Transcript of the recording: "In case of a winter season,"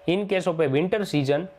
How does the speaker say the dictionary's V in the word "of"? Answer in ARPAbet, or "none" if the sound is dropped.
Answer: P